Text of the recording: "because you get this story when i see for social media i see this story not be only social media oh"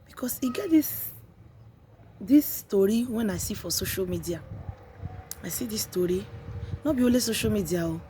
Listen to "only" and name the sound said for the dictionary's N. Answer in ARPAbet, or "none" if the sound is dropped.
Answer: none